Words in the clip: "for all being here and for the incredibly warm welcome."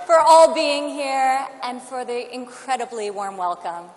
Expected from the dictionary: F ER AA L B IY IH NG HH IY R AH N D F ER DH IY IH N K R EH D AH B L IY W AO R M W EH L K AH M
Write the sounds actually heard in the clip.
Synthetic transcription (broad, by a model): F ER AA L B IY IH NG HH IY R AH N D F ER DH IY IH N K R EH D AH B L IY W AO R M W EH L K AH M